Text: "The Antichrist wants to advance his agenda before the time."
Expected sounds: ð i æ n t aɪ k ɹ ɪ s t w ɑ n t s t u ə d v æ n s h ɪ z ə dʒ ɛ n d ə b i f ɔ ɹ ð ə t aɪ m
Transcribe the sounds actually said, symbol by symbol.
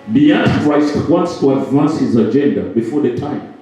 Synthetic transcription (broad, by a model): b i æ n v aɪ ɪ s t w ɑ n t s t u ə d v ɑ n s h ɪ z ə dʒ ɛ n d ə b i f ɔ ɹ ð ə t aɪ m